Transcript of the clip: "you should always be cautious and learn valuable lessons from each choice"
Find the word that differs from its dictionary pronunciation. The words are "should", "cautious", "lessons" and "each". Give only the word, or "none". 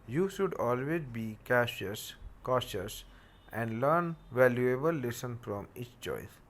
lessons